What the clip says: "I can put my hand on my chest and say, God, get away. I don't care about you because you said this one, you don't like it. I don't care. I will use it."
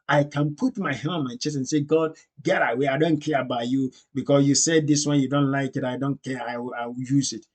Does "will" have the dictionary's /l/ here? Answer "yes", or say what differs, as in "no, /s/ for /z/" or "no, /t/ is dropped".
no, /w/ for /l/